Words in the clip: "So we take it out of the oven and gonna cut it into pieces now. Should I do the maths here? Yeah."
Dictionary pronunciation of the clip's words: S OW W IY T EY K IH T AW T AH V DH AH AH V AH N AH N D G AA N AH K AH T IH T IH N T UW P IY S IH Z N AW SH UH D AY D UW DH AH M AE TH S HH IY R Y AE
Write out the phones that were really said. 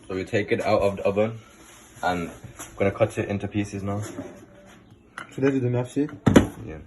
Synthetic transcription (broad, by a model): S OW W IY T EY K IH T AW T AH V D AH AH B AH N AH N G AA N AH K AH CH IH T IH N T UW P IY S IH Z N AW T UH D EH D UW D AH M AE F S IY Y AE